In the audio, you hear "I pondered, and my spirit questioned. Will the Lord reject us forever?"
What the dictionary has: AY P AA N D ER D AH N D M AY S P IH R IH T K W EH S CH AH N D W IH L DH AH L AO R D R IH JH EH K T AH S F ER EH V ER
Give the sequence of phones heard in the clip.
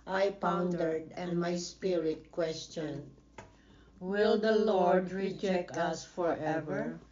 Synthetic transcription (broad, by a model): AY P AA N D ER D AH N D M AY S P IH R IH T K W EH S CH AH N D W IH L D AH L AO R D R IH JH EH K T AH S F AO EH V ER